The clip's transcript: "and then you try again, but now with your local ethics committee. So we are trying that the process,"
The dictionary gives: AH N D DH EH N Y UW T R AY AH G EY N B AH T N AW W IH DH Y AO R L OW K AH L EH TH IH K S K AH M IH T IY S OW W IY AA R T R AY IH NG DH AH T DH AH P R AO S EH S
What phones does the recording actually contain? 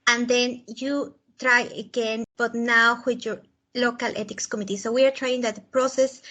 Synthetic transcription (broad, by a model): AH N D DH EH N Y UW T R AY AH G EY N B AH T N AW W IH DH Y AO R L OW K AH L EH T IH K S K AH M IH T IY S OW W IY AA R T R AY IH NG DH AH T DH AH P R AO S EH S